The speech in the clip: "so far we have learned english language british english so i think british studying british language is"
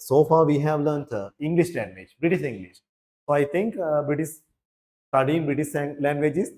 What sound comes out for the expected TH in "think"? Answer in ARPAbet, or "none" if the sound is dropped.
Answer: T